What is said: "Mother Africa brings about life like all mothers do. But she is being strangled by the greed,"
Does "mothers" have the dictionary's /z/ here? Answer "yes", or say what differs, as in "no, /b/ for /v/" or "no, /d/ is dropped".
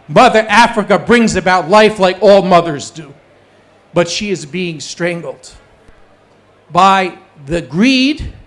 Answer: yes